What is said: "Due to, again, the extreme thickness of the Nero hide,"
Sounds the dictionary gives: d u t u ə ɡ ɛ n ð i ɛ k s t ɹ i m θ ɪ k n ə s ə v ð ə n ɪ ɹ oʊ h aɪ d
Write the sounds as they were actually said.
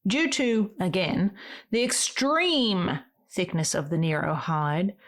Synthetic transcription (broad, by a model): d u t u ə ɡ ɛ n ð i ɛ k s t ɹ i m θ ɪ k n ə s ə v ð ə n ɪ ɹ oʊ h aɪ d